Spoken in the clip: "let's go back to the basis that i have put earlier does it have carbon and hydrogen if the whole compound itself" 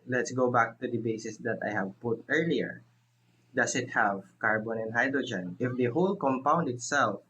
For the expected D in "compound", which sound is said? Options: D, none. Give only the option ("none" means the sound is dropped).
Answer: D